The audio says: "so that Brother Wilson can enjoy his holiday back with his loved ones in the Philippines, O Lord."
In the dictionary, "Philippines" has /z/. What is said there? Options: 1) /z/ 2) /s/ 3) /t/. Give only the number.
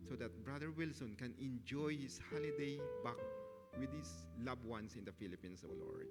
2